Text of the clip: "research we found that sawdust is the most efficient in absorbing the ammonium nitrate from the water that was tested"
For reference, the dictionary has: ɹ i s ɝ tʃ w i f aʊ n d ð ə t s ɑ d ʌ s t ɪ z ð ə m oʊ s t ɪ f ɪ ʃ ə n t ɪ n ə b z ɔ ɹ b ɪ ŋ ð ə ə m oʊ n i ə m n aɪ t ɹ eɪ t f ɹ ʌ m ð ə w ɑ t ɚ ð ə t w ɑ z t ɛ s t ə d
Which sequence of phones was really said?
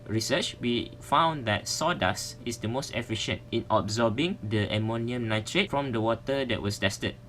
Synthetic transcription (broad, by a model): ɹ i s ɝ tʃ w i f aʊ n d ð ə t s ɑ d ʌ s ɪ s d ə m oʊ s t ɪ f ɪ ʃ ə n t ɪ n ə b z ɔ b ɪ ŋ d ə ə m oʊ n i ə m n aɪ t ɹ eɪ t f ɹ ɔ m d ə w ɑ t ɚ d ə t w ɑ s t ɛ s t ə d